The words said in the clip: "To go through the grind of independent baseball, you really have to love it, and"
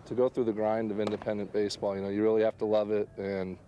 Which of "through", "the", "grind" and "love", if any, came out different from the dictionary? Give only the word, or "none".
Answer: none